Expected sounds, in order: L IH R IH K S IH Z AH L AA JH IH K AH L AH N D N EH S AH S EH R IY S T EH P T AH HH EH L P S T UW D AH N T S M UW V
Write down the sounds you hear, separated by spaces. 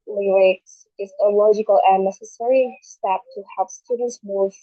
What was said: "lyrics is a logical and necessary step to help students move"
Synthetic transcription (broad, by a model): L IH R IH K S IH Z AH L AA JH IH K AH L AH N N EH S AH S EH R IY S T EH P T AH HH EH L P S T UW D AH N T S M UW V